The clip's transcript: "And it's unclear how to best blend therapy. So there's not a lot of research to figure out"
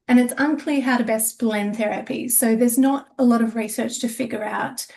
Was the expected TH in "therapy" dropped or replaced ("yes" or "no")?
no